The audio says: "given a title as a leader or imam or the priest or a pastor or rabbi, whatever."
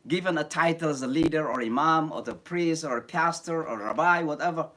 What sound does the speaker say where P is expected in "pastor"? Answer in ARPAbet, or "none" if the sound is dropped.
P